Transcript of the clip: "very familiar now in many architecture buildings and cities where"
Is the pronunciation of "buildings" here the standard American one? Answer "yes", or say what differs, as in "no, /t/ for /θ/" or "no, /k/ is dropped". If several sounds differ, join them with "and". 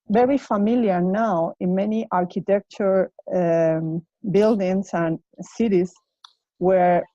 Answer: no, /s/ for /z/